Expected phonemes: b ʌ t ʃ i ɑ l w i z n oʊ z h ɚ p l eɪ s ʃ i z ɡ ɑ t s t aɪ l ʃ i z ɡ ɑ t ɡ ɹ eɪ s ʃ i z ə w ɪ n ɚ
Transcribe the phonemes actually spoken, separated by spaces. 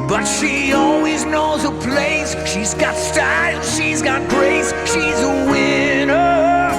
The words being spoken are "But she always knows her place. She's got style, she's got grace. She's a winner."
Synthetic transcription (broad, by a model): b ʌ t ʃ i ɑ l w i z n oʊ z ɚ p l eɪ s ʃ i z ɡ ɑ t s t aɪ l ʃ i z ɡ ɑ t ɡ ɹ eɪ s ʃ i z ə w ɪ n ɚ